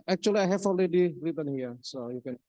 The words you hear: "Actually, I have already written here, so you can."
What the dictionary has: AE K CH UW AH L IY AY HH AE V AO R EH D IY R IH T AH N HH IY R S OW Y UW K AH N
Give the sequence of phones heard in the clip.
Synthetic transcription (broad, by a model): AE K CH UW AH L IY AY HH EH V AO L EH D IY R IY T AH N HH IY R S OW Y UW K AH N